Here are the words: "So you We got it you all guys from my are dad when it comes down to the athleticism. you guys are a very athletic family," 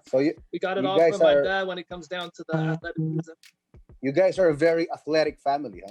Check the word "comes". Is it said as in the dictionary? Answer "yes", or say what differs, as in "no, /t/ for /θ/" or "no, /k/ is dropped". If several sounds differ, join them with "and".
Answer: yes